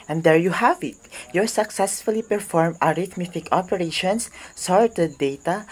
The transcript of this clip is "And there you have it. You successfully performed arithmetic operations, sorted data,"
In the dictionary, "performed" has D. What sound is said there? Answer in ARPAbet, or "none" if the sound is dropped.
none